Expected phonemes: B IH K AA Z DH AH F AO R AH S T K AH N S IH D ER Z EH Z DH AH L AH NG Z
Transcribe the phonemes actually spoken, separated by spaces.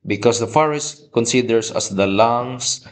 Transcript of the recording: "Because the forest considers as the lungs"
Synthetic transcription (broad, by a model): B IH K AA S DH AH F AO R AH S T K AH N S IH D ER S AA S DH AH L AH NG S